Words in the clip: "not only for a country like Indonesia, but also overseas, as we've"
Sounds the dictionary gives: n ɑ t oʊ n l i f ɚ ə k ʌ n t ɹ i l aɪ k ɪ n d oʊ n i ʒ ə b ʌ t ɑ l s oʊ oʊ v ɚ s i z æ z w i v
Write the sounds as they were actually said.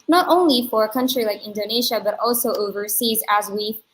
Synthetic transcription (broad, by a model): n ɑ t oʊ n l i f ɚ ə k ʌ n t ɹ i l aɪ k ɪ n d oʊ n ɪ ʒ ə b ʌ t ɑ l s oʊ oʊ v ɚ s i z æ z w i